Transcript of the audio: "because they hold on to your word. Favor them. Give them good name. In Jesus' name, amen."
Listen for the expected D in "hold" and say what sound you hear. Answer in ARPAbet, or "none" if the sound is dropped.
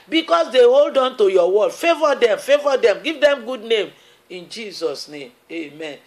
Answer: D